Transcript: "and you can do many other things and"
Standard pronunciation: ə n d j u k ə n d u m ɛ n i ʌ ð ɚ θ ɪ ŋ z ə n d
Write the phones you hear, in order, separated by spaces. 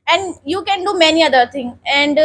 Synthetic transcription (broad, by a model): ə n d j u k ə n d u m ɛ n i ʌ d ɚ t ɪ ŋ ə n d